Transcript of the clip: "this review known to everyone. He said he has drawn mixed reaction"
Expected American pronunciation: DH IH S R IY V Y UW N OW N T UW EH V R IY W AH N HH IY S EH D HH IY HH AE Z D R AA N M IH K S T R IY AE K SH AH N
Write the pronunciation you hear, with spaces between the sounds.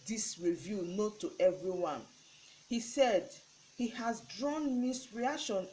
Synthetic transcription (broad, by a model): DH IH S R IY V Y UW N OW T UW EH V R IY W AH N HH IY S EH D HH IY HH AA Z D R AA N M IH S R IY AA K SH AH N